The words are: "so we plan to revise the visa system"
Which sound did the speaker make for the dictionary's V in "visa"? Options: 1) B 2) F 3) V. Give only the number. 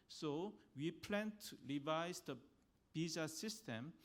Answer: 1